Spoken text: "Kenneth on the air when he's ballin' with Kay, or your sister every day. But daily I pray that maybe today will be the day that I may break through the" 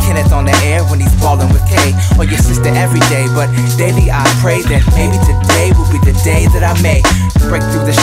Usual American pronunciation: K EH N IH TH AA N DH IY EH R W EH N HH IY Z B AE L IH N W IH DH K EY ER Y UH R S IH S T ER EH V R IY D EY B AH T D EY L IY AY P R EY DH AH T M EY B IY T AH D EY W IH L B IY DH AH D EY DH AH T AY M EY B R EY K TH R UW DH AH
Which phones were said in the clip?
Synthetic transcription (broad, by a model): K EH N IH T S N DH IY EH R W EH N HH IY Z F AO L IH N W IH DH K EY ER Y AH R S IH S T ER EH V R IY D EY B AH T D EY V IY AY P R EY DH AH T M EY B IY T AH D EY W IH L B IY DH AH D EY DH AH T AY M EY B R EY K TH R UW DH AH